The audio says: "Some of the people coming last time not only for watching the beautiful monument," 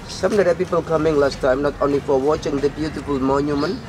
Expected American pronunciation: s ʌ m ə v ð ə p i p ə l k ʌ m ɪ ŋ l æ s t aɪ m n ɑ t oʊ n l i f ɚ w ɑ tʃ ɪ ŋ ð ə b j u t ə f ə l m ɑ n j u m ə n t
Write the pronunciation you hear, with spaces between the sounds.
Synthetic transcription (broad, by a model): s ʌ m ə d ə p i p ə l k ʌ m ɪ ŋ l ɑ s t aɪ m n ɑ t oʊ n l i f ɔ w ɑ tʃ ɪ ŋ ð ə b j u t ə f ə l m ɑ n j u m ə n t